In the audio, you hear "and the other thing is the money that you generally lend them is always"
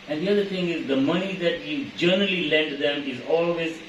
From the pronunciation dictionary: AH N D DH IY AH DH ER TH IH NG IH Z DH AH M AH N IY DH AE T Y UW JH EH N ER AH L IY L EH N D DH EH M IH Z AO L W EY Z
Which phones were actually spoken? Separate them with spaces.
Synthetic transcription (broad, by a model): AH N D IY AH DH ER T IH NG IH Z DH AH M AH N IY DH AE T Y UW JH EH N ER AH L IY L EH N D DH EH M IH Z AO L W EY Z